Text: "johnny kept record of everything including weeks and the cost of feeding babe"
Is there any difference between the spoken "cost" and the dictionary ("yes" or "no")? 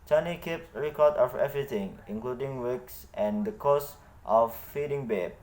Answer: no